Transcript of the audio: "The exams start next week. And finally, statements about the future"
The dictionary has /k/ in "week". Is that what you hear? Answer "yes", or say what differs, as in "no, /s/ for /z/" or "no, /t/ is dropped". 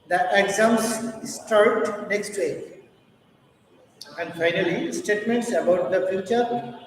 no, /k/ is dropped